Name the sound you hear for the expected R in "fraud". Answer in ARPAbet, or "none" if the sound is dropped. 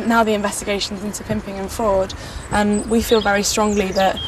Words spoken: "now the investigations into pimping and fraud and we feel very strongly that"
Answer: none